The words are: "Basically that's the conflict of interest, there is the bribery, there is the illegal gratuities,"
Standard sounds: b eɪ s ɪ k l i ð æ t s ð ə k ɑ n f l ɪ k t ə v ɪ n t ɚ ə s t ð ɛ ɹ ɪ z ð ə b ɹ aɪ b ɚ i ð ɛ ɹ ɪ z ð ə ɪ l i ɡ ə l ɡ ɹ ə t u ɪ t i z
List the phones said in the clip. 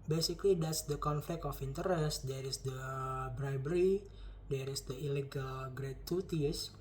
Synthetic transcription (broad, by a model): b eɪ s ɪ k l i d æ t s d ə k ɑ n f l ɪ k t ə f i n t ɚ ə s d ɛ ɹ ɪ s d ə b ɹ aɪ b ɚ i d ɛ ɹ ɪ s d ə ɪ l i ɡ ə l ɡ ɹ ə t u t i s